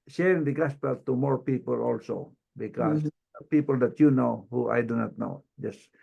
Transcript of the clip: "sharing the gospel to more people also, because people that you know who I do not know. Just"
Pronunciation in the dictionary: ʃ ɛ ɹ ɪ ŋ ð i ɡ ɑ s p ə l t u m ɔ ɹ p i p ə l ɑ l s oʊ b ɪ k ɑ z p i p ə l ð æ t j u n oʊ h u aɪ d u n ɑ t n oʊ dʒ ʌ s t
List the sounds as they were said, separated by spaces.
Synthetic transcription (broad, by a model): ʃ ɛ ɹ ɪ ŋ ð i ɡ ɑ s p ə l t u m ɔ ɹ p i p ə l ɑ l s oʊ b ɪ k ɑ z p i p ə l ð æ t j u n oʊ h u aɪ d u n ɑ t n oʊ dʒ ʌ s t